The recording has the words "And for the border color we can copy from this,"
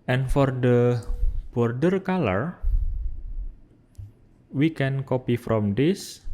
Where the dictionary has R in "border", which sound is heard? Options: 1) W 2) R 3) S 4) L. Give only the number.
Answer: 2